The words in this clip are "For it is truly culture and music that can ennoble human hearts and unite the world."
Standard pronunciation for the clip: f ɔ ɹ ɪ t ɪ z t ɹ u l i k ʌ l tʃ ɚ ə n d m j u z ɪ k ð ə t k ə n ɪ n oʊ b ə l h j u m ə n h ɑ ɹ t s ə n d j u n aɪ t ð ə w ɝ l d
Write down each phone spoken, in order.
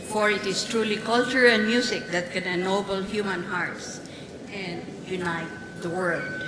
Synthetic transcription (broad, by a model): f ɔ ɹ ɪ t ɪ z t ɹ u l i k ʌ l tʃ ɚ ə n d m j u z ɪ k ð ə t k ə n ɪ n oʊ b ə l h j u m ə n h ɑ ɹ t s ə n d j u n aɪ t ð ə w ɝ l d